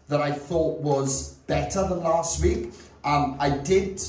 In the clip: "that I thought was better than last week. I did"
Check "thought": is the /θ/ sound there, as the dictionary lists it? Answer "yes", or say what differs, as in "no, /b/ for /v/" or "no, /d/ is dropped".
yes